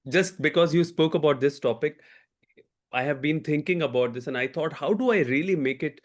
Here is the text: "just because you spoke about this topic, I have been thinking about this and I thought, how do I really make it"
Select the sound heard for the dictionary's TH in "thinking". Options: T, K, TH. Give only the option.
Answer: T